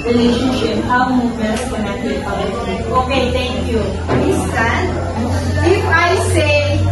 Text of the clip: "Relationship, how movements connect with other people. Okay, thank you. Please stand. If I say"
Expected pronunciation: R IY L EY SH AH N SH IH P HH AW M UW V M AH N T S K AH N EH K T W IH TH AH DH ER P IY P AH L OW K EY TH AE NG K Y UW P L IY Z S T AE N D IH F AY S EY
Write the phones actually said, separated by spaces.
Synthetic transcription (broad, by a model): R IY L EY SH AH N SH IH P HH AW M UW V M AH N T K AH N EH K T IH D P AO AH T OW K EY T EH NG K Y UW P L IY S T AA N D IH F AY S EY